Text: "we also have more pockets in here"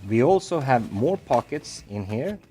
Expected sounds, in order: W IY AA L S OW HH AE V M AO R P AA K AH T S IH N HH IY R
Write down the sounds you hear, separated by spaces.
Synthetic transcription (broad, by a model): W IY AA L S OW HH AE V M AO R P AA K AH T S IH N HH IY R